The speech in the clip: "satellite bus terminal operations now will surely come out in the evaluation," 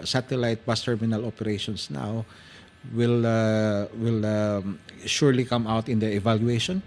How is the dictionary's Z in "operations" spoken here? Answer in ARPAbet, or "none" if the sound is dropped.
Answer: S